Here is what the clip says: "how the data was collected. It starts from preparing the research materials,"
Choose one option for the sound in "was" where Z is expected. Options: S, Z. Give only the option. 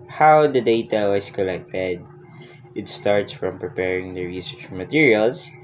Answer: S